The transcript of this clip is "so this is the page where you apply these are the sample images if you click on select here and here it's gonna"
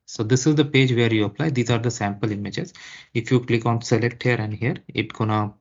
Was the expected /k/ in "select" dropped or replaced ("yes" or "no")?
no